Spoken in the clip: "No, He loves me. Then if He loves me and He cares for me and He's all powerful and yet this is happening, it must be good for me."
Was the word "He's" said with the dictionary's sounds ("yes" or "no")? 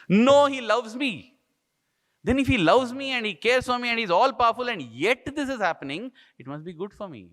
yes